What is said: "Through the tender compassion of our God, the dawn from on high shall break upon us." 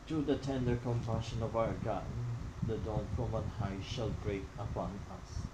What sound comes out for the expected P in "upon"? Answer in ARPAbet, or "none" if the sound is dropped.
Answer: P